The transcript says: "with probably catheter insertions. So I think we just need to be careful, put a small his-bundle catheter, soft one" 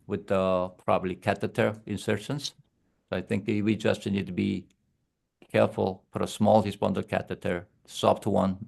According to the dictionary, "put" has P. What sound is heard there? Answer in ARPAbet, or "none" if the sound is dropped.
F